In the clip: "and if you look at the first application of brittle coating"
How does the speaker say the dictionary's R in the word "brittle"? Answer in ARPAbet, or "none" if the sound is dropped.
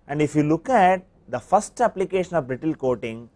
R